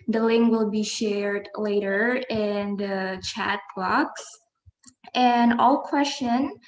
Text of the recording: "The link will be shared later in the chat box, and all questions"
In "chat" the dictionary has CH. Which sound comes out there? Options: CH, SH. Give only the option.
CH